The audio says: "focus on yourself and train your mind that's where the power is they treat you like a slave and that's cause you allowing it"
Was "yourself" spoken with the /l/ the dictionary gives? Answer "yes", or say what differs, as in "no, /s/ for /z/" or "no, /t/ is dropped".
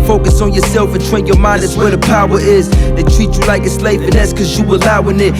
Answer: yes